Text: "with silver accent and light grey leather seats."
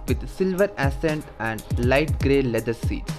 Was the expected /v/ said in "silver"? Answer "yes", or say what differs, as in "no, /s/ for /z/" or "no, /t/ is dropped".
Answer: yes